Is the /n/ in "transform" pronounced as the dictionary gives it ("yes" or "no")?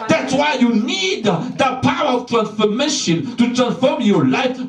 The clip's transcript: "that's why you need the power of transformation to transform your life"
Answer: yes